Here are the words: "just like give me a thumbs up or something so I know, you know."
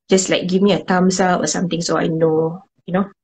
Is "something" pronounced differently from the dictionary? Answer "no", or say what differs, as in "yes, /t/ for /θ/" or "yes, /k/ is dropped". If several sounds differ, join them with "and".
yes, /t/ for /θ/